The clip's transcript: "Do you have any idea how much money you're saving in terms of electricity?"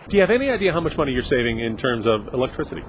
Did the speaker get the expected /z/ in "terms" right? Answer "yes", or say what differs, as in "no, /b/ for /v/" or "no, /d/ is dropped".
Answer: yes